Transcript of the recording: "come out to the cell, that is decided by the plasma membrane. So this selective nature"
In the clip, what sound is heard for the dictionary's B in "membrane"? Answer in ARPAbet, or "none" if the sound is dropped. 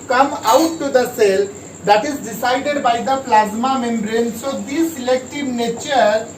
B